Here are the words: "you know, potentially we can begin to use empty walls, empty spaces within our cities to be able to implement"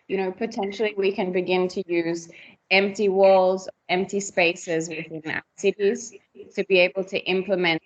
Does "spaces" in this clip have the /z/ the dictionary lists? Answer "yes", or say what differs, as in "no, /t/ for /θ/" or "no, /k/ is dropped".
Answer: yes